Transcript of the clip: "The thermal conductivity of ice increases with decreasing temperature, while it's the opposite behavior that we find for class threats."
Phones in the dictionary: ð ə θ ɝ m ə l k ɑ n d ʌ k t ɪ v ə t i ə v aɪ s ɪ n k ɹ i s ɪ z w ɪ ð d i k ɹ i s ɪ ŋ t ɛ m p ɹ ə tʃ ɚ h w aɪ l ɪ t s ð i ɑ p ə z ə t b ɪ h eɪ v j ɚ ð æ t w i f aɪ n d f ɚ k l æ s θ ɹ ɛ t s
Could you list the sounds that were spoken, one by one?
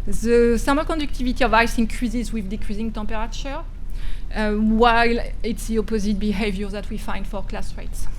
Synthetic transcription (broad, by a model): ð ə s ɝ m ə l k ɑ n d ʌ k t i v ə t i ə v aɪ s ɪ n k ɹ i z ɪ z w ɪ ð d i k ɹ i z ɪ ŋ t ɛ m p ɹ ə tʃ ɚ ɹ w aɪ l ɪ t s ð i ɑ p ə z ə t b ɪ h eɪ v j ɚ ð æ t w i f aɪ n d f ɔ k l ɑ s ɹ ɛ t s